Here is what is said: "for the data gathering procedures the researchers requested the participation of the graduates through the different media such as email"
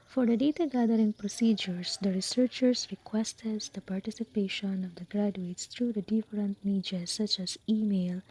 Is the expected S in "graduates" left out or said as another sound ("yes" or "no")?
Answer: no